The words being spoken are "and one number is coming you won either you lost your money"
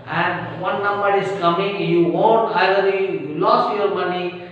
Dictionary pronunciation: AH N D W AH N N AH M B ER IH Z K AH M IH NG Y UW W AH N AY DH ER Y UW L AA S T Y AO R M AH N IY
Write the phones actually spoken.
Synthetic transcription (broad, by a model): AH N D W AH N N AH M B ER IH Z K AH M IH NG Y UW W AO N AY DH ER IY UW L AA S T Y AO R M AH N IY